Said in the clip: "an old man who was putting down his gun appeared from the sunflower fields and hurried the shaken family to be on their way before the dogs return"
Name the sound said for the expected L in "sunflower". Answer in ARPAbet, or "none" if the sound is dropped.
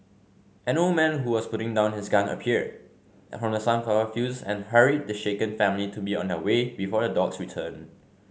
none